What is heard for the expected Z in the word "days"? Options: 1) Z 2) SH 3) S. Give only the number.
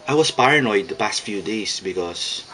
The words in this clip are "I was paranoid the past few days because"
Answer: 3